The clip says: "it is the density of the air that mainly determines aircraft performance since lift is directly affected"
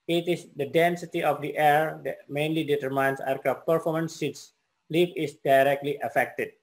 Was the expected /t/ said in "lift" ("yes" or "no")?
no